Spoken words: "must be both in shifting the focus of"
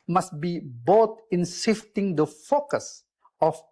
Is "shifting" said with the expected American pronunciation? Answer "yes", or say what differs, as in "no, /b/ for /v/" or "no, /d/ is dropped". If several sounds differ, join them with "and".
no, /s/ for /ʃ/